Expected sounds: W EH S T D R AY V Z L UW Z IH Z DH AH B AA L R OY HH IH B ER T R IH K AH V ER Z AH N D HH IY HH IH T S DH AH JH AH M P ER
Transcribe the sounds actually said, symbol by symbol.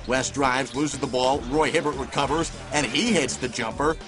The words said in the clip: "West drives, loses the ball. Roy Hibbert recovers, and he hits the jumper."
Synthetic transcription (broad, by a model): W EH S D R AY V Z L UW Z IH Z DH AH B AA L R OY HH IH B ER T R IH K AH V ER Z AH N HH IY HH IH T S DH AH JH AH M P ER